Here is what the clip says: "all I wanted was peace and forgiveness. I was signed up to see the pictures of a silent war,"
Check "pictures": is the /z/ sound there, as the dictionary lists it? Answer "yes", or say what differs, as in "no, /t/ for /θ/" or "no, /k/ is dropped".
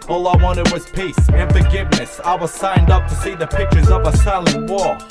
yes